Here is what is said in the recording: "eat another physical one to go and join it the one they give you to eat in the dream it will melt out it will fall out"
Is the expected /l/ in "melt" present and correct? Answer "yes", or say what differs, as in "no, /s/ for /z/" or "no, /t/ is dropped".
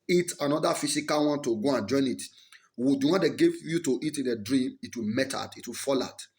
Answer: no, /l/ is dropped